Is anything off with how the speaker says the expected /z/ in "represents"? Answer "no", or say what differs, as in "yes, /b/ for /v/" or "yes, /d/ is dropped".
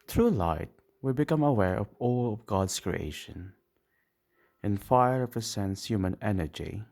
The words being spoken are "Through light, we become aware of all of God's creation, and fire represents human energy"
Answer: yes, /s/ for /z/